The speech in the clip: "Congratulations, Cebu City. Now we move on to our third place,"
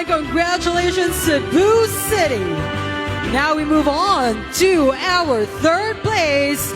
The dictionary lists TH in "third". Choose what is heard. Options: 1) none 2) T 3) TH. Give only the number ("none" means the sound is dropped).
3